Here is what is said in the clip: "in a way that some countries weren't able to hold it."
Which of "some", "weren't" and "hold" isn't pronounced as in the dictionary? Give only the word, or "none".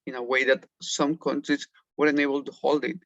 weren't